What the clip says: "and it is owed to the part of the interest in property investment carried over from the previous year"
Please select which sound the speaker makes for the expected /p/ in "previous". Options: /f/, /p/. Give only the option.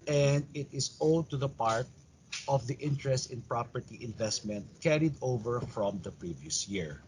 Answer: /p/